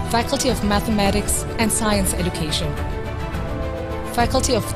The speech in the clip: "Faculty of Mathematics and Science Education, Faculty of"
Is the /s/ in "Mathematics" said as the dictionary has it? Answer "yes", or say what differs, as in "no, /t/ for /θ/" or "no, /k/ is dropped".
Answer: yes